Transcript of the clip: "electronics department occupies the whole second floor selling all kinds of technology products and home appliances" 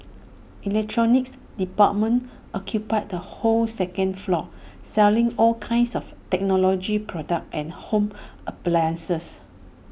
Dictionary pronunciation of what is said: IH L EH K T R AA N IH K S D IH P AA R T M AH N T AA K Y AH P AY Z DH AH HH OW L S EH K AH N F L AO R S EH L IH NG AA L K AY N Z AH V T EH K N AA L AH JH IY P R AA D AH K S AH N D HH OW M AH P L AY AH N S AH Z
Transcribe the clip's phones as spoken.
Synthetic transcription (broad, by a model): IH L EH K T R AA N IH K S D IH P AA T M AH N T AA K Y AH P AY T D AH HH OW L S EH K AH N F L AO S EH L IH NG AA L K AY N S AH F T EH K N AA L AH JH IY P R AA D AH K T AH N HH OW M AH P L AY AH N S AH S